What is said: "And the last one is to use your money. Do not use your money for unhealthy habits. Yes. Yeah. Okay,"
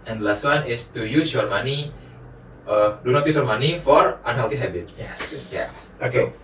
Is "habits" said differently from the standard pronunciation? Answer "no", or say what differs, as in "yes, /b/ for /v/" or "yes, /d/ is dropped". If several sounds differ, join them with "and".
yes, /s/ is dropped